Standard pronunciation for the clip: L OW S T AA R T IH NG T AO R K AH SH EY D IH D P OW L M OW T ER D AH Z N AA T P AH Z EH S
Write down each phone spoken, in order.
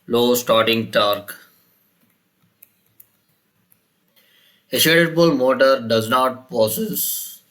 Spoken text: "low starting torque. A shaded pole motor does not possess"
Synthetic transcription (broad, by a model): L OW S T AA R T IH NG T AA R K AH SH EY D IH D B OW L M OW T ER D AH Z N AA T P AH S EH S